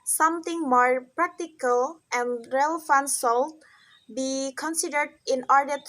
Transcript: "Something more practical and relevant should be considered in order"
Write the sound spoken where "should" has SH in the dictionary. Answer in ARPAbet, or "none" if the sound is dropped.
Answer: S